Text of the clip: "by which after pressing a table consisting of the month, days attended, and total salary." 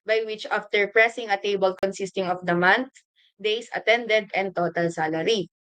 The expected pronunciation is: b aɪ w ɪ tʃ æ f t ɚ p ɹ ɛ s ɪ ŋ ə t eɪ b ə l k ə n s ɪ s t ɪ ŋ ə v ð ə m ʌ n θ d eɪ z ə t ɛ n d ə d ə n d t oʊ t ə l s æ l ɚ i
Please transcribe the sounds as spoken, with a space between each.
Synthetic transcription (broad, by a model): b aɪ w ɪ tʃ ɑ f t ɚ p ɹ ɛ s ɪ ŋ ə t eɪ b ə l k ə n s ɪ s t ɪ ŋ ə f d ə m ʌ n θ d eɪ s ə t ɛ n d ə d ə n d t oʊ t ə l s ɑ l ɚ i